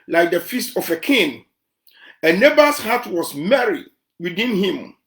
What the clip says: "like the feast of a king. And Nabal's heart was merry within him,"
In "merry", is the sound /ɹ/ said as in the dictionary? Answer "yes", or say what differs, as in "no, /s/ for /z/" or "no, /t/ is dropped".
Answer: yes